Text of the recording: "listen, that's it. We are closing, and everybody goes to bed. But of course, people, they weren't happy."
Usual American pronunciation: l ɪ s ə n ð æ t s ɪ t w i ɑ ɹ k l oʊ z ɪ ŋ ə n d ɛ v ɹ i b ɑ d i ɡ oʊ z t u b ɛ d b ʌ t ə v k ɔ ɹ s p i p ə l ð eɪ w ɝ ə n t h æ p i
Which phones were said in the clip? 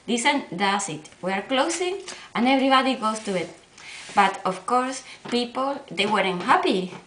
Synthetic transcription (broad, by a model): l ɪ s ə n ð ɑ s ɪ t w i ɑ ɹ k l oʊ s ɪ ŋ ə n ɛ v ɹ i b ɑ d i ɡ oʊ s t u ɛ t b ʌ t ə f k ɔ ɹ s p i p ə l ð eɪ w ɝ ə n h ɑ p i